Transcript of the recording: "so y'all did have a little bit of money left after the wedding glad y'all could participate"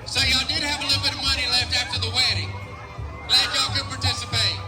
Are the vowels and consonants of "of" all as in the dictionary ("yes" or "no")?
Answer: yes